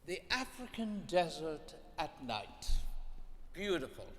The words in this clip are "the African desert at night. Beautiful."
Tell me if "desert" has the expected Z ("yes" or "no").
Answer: yes